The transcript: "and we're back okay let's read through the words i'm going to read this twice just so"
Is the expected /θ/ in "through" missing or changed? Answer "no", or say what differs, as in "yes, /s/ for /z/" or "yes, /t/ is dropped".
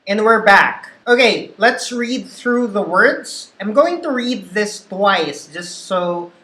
no